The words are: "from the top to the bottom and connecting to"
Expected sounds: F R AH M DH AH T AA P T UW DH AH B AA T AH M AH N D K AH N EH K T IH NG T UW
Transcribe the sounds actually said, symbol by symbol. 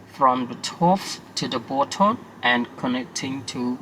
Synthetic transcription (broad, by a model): F R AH M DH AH T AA F T UW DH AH B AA T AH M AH N K AH N EH K T IH NG T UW